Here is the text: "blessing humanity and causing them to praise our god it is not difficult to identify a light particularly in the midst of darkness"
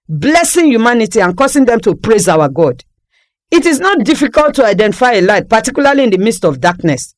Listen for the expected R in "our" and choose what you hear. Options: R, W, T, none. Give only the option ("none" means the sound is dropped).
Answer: W